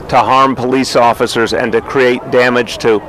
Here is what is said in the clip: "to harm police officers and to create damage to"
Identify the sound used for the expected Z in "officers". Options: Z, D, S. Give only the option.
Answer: Z